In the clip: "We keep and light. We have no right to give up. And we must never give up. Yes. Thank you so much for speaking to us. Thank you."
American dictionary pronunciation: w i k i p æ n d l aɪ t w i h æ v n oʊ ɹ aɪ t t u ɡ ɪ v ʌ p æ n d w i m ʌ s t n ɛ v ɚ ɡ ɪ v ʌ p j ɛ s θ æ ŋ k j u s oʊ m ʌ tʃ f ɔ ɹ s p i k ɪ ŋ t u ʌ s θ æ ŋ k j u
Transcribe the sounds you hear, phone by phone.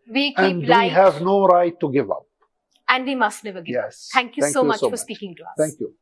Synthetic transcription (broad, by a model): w i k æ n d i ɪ h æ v n oʊ ɹ aɪ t t u ɡ ɪ v ʌ p æ n d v i m ʌ s t n ɛ v ɚ ɡ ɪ j ɛ s t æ ŋ k j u s oʊ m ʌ s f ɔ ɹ s p i k ɪ ŋ t u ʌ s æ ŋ k j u